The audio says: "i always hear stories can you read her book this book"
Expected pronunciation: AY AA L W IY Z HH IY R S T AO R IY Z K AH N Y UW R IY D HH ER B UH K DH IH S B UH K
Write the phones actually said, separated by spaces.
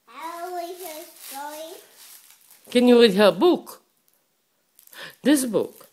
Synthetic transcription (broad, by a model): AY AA W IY HH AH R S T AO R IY K AH N Y UW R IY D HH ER B UH K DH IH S B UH K